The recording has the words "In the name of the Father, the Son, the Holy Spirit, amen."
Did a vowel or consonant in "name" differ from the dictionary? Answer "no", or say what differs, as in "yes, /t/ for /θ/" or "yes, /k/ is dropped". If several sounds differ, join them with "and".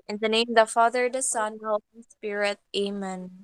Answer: yes, /m/ is dropped